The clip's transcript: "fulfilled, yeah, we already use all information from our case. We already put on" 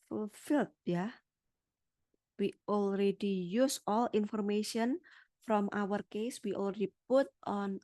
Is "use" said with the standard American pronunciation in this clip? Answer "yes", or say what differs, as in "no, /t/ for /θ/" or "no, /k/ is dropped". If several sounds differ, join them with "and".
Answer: yes